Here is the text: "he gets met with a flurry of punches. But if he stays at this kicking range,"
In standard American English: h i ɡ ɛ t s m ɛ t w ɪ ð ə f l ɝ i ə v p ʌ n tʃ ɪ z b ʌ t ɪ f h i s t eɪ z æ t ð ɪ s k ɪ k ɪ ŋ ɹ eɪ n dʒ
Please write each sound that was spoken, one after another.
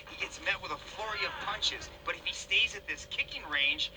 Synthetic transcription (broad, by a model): h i ɡ ɛ t s m ɛ t w ɪ ð ə f l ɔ i ə v p ʌ n tʃ ɪ z b ʌ t ɪ f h i s t eɪ z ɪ t ð ɪ s k ɪ k ɪ ŋ ɹ eɪ n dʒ